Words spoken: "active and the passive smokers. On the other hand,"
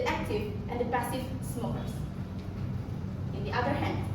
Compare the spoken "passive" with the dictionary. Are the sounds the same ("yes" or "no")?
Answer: no